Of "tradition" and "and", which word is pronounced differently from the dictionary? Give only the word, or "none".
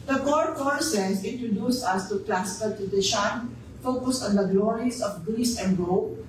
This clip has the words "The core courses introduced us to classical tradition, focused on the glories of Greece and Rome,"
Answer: tradition